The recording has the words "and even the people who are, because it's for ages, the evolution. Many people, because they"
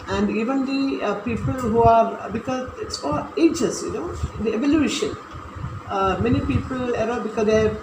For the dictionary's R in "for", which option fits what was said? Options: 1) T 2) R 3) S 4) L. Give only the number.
4